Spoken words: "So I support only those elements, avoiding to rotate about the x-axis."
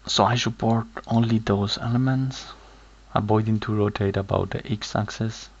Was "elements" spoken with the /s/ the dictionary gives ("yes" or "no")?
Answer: yes